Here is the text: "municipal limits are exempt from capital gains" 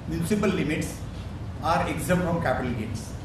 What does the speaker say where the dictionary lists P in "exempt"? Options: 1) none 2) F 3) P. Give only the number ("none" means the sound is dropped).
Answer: 1